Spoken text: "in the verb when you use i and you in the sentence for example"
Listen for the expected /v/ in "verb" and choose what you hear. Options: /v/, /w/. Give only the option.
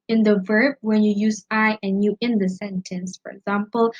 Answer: /v/